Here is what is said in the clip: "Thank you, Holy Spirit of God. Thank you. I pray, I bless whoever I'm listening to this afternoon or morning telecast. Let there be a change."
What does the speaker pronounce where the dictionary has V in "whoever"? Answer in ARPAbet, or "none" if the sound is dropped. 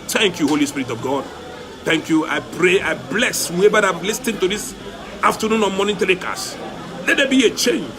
B